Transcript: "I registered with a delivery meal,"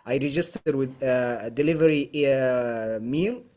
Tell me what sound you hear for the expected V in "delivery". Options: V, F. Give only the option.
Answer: V